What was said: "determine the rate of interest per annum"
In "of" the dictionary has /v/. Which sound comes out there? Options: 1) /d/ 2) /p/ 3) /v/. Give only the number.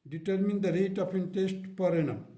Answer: 2